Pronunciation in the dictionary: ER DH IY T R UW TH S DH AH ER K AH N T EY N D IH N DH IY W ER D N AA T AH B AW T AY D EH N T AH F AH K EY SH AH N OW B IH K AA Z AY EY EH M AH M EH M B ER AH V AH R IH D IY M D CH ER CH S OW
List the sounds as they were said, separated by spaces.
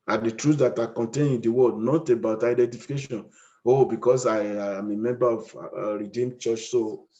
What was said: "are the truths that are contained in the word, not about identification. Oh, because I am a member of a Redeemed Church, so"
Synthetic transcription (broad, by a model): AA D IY T R UW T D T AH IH K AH N T EY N IH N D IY W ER D N AA T AH B AW T AY D EH N T AH F AH K EY SH AH N OW B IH K AA S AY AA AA M AH M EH M B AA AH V R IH D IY M CH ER CH S OW